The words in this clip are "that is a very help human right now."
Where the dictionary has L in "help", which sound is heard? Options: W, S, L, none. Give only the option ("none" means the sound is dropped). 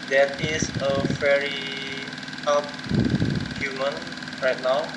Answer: none